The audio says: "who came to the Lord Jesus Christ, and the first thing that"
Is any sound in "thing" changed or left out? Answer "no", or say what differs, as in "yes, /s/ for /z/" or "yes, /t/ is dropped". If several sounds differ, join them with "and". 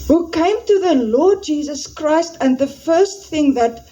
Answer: no